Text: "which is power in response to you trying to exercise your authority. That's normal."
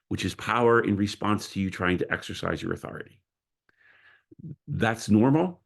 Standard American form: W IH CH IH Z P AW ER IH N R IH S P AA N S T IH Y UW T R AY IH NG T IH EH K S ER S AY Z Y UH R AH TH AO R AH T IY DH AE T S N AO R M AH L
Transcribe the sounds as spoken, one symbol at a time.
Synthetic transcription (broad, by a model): W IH CH IH Z P AW ER IH N R IH S P AA N S T IH Y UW T R AY IH NG T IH EH K S ER S AY Z Y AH R AH TH AO R AH T IY DH AE T S N AO R M L